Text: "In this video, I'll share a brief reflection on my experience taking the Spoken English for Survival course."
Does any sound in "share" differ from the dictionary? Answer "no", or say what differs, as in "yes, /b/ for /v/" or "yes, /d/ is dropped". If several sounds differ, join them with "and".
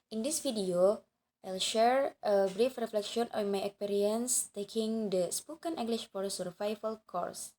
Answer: no